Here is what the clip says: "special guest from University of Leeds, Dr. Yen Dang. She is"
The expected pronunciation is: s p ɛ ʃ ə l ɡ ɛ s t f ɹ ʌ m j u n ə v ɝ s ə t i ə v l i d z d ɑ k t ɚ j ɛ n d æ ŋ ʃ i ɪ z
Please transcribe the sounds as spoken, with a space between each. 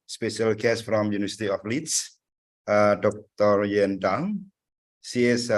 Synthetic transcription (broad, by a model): s p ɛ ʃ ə l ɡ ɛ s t f ɹ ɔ m j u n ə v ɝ s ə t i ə f l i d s d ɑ k t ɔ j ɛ n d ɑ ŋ s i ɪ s